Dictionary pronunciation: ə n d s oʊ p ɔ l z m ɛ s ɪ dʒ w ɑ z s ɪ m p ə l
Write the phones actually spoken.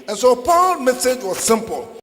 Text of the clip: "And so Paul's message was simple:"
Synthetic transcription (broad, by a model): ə n s oʊ p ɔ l m ɛ s ɪ dʒ w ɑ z s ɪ m p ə l